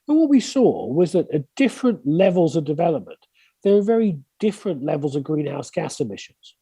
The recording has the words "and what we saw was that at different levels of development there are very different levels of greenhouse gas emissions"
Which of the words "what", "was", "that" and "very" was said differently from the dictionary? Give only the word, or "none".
none